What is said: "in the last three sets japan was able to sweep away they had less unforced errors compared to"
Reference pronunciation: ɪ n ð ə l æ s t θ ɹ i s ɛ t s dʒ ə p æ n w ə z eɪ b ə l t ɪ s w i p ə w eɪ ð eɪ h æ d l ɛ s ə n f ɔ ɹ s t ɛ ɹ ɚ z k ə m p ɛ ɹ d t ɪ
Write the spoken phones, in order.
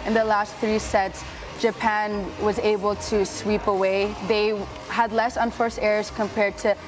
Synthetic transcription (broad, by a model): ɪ n ð ə l æ s t θ ɹ i s ɛ t s dʒ ə p æ n w ə z eɪ b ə l t ɪ s w i p ə w eɪ ð eɪ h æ d l ɛ s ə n f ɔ ɹ s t ɛ ɹ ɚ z k ə m p ɛ ɹ d t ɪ